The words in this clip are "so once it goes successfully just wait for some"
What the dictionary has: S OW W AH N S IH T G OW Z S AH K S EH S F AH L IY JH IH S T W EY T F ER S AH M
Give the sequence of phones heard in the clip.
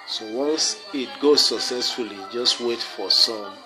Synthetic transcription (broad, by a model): S OW W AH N S IH T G OW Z S AH K S EH S F AH L IY JH IH S T W EY T F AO S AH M